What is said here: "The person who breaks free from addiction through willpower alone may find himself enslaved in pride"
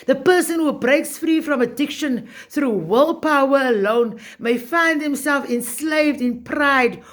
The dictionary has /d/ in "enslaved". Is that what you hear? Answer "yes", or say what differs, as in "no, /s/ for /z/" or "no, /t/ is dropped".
yes